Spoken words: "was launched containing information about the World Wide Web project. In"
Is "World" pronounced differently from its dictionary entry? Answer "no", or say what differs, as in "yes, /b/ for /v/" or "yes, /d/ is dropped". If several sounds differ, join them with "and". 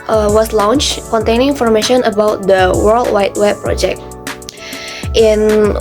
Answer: no